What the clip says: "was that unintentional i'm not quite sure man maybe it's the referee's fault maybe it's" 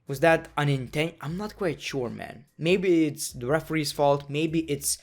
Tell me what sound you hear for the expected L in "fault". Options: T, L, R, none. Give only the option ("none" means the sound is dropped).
L